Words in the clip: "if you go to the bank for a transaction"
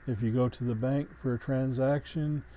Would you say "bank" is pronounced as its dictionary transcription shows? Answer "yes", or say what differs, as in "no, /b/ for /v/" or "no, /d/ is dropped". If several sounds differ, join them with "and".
yes